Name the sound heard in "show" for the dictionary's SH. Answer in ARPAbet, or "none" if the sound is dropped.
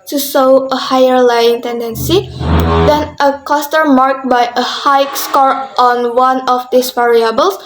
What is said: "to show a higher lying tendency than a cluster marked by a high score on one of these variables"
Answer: S